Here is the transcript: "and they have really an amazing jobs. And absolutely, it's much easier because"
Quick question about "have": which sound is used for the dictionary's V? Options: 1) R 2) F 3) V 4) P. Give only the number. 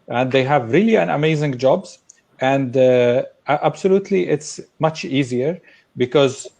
3